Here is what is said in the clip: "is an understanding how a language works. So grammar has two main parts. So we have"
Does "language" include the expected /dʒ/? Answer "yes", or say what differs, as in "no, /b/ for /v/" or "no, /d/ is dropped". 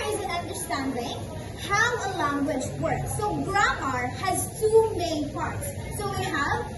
yes